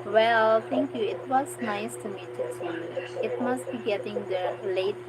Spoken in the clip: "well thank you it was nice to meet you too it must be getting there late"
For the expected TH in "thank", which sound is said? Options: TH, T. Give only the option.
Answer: T